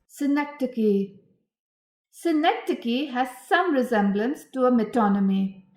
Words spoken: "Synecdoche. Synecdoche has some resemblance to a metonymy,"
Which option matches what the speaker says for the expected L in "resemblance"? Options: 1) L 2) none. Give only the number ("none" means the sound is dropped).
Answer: 1